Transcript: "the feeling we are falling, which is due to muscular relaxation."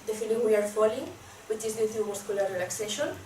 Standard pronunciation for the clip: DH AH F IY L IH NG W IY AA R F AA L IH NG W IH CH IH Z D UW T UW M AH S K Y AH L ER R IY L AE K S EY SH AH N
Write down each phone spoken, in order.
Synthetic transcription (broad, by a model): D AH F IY N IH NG W IY AA R F AA L IH NG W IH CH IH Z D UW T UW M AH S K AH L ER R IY L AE K S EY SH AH N